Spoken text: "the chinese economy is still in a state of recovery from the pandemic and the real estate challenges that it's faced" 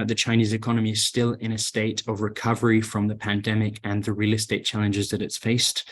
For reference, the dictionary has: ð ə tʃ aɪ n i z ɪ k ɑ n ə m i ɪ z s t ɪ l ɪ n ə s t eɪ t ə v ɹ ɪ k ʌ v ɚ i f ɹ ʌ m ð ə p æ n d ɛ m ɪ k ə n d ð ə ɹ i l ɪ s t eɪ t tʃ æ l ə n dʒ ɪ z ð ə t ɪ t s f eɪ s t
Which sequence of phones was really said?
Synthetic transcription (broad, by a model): ð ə tʃ aɪ n i z ɪ k ɑ n ə m i ɪ z s t ɪ l ɪ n ə s t eɪ t ə v ɹ ɪ k ʌ v ɚ i f ɹ ʌ m ð ə p æ n d ɛ m ɪ k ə n ð ə ɹ i l ɪ s t eɪ t tʃ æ l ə n dʒ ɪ z ð ə t ɪ t s f eɪ s t